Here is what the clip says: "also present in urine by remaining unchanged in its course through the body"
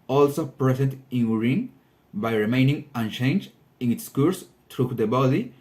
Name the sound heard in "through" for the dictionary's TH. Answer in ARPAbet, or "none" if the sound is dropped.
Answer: T